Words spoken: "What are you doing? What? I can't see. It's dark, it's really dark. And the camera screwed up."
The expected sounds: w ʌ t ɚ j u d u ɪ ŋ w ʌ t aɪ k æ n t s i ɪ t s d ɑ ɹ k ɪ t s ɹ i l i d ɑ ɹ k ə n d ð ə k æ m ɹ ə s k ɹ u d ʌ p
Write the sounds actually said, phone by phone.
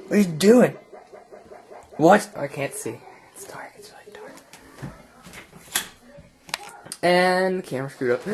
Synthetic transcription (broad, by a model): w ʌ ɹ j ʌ d u ɪ ŋ w ʌ t aɪ k æ n t s i ɪ t s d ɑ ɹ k ɪ t s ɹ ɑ i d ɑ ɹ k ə n ð ə k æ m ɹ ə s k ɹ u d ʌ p